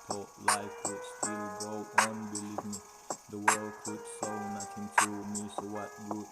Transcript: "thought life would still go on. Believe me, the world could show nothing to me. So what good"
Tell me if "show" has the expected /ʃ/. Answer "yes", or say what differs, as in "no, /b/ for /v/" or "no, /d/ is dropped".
no, /s/ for /ʃ/